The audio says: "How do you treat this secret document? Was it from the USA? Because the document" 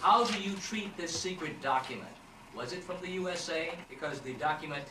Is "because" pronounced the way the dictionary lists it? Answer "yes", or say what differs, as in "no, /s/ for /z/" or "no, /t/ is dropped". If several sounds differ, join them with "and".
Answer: yes